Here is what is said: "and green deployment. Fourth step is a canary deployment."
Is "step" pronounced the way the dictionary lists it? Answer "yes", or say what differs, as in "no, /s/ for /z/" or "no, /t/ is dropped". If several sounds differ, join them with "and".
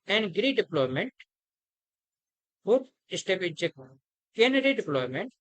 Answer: no, /b/ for /p/